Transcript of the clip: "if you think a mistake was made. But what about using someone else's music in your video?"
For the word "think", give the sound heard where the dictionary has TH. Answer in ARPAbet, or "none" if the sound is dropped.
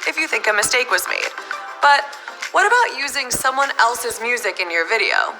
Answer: TH